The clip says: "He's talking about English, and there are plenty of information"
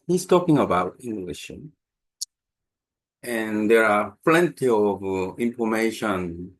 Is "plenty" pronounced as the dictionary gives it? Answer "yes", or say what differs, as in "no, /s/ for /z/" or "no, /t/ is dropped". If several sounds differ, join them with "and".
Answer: yes